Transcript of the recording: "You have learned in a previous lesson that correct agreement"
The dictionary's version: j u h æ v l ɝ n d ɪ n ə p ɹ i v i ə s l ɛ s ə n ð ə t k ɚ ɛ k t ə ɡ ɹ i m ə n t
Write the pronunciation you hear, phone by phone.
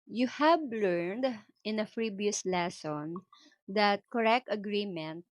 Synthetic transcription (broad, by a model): j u h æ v l ɝ n d ɪ n ə f ɹ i b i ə s l ɛ s ə n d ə t k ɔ ɛ k t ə ɡ ɹ i m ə n t